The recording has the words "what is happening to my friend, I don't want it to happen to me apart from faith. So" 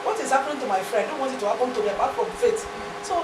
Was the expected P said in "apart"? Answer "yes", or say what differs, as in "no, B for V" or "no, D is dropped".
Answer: no, B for P